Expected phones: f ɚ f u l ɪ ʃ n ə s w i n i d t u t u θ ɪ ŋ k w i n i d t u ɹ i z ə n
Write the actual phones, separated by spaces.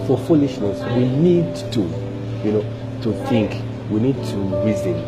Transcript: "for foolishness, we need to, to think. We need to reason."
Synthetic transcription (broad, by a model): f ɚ f u l ɪ ʃ n ə s w i n i d t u t u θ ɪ ŋ k w i n i d t u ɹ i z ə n